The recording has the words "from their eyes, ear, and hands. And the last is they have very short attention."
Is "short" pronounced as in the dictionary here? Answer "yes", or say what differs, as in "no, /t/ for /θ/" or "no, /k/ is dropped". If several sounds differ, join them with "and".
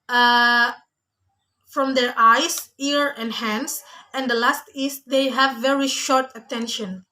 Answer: yes